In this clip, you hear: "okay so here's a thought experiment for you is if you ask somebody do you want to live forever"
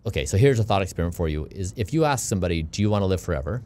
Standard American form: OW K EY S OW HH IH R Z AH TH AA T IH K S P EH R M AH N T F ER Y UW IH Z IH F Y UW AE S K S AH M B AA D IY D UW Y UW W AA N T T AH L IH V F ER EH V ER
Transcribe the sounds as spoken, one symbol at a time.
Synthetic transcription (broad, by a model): OW K EY S OW HH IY R Z AH TH AA T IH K S P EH R AH N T F ER Y UW IH Z IH F Y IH AE S K S AH M B AA D IY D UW Y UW W AA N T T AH L IH V F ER EH V ER